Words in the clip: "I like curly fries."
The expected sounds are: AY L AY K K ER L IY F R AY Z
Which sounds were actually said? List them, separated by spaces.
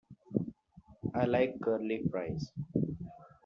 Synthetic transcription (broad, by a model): AY L AY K K ER L IY P R AY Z